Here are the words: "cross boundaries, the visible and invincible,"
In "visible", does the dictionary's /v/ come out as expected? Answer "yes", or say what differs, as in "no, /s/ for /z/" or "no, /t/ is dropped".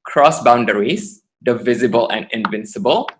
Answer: yes